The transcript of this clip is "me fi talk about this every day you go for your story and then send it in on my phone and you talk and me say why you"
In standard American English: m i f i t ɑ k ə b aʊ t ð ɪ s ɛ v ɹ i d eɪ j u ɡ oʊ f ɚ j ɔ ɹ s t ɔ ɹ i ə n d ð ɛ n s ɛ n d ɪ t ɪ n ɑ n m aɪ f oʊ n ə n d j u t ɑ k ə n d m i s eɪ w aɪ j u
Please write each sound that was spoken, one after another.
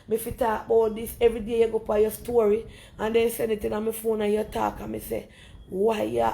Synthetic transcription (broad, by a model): m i f i t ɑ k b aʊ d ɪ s ɛ v ɹ i d eɪ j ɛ ɡ oʊ p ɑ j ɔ s t ɔ ɹ i ə n d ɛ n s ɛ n ɪ t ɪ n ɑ m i f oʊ n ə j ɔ t ɑ k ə m i s eɪ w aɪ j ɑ